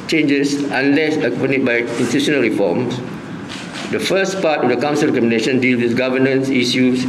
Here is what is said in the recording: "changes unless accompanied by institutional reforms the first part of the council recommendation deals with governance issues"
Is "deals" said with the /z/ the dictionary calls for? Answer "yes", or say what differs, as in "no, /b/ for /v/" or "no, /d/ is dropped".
no, /z/ is dropped